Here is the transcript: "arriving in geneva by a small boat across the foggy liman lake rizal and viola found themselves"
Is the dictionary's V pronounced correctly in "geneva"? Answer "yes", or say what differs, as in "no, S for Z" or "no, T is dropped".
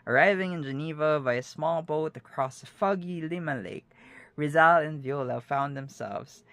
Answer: yes